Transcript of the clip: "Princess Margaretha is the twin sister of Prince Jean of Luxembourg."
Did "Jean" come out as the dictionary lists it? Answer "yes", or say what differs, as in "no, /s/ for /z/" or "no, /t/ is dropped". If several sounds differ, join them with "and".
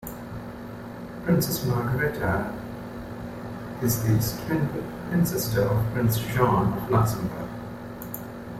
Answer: no, /ʃ/ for /dʒ/